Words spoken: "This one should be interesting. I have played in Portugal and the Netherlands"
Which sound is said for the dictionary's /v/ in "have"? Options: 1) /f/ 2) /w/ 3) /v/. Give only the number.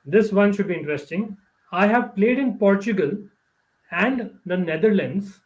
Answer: 3